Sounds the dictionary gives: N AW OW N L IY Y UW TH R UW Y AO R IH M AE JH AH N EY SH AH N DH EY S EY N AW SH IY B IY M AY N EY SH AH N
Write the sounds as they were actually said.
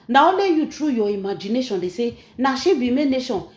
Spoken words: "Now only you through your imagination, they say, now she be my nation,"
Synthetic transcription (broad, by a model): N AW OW L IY Y UW T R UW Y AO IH M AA JH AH N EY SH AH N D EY S EY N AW SH IY B IY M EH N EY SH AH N